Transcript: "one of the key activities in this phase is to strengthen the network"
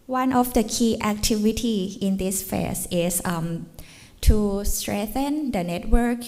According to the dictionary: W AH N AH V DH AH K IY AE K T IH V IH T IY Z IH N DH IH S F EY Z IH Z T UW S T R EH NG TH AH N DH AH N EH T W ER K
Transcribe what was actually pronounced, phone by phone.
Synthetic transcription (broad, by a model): W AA N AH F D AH K IY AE K T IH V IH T IY IH N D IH S F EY S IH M T UW S T R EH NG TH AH N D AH N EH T W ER K